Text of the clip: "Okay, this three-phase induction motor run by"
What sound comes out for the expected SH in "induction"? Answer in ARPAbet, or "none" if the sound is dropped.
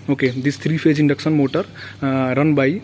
S